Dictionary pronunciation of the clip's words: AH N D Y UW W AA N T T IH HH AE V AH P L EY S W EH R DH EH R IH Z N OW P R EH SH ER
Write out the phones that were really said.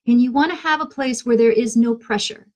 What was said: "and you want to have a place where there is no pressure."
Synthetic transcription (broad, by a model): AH N Y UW W AA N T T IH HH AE V AH P L EY S W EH R DH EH R IH Z N OW P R EH SH ER